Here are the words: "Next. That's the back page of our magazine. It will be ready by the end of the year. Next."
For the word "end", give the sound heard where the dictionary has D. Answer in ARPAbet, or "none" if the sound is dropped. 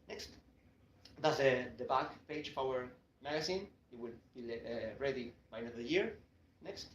none